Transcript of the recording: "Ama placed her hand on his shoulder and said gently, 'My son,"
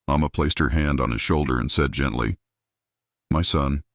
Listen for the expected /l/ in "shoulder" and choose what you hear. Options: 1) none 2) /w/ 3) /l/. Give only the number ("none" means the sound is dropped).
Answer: 3